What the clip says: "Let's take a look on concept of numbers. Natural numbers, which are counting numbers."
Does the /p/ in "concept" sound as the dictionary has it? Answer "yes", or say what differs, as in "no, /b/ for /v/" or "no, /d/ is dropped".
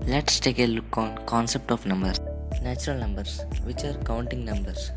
yes